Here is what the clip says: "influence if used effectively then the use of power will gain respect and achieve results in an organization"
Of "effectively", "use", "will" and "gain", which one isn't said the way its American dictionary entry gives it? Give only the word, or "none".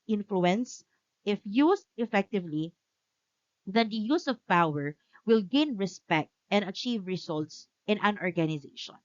none